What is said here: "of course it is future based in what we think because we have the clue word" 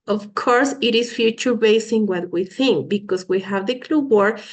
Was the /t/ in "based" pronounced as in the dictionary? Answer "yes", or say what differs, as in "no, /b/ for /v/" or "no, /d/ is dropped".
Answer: no, /t/ is dropped